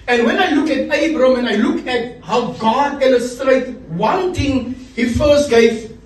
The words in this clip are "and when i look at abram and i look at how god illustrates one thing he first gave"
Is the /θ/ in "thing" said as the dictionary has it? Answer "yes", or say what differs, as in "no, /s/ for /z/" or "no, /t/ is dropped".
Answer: no, /t/ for /θ/